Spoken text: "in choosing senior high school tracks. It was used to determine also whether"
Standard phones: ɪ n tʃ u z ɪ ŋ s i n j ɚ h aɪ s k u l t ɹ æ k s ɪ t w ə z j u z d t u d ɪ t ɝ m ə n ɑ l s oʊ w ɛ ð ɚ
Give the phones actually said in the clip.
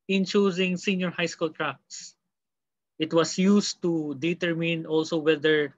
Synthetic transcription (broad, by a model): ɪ n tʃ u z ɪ ŋ s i n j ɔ h aɪ s k u l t ɹ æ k s ɪ t w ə s j u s t u d ɪ t ɝ m ə n ɑ l s oʊ w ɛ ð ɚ